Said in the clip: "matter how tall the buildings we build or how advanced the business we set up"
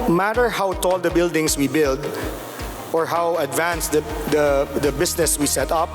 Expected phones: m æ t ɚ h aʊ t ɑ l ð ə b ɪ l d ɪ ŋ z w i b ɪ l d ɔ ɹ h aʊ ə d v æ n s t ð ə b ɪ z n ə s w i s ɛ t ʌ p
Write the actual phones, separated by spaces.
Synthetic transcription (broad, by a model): m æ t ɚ h aʊ t ɑ l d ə b ɪ l d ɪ ŋ s w i b ɪ l d ɔ ɹ h aʊ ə d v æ n s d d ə b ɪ s n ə s w i s ɛ t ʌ p